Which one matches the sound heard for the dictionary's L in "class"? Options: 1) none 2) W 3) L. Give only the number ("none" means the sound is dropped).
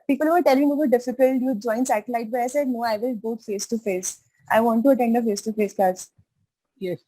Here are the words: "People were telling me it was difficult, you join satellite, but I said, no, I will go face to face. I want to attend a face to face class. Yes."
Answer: 1